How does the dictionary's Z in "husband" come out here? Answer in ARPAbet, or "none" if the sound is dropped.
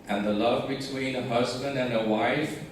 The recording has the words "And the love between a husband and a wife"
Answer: Z